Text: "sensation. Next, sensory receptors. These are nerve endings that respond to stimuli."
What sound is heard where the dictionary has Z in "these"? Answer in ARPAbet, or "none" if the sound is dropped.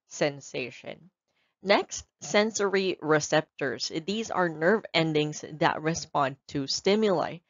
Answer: Z